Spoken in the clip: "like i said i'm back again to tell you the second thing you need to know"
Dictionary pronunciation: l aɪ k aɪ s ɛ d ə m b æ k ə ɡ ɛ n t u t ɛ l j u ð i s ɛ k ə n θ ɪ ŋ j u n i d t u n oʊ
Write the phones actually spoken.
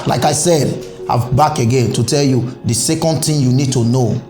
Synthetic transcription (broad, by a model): l aɪ k aɪ s ɛ d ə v b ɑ k ə ɡ ɛ n t u t ɛ l j u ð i s ɛ k ə n t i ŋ j u n i d t u n oʊ